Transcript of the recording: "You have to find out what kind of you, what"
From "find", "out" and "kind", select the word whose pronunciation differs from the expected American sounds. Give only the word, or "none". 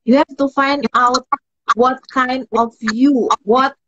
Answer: none